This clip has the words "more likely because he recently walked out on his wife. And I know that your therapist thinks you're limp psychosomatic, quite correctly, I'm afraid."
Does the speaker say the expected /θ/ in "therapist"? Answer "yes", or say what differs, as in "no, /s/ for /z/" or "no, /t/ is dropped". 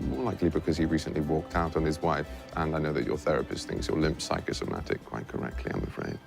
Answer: yes